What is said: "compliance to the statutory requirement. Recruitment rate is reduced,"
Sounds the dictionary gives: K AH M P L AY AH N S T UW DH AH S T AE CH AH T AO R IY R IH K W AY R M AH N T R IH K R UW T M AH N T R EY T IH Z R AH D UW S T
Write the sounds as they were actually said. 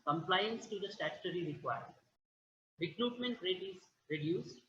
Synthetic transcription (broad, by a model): K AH M P L AY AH N S T UW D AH S T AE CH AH T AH R IY R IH K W AY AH T R IH K R UW T M AH N T R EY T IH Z R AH D UW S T